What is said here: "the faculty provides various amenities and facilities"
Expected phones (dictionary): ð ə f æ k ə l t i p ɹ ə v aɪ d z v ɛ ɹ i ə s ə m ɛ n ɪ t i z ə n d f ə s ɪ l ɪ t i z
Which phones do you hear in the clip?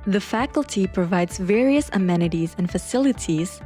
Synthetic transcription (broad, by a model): ð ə f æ k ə l t i p ɹ ə v aɪ d z v ɛ ɹ i ə s ə m ɛ n ɪ t i z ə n f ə s ɪ l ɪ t i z